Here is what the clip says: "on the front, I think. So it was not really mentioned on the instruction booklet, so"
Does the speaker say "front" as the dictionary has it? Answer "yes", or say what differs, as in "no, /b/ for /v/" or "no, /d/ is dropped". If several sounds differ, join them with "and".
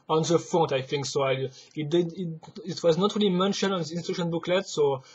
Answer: no, /n/ is dropped